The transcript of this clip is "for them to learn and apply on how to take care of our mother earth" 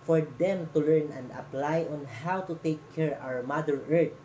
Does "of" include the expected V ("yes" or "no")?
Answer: no